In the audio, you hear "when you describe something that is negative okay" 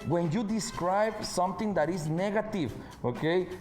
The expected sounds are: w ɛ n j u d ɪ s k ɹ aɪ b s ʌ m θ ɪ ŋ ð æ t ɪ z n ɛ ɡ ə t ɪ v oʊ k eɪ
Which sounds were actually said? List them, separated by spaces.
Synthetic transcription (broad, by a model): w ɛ n j u d ɪ s k ɹ aɪ b s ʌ m t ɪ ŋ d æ t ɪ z n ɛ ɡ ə t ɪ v oʊ k eɪ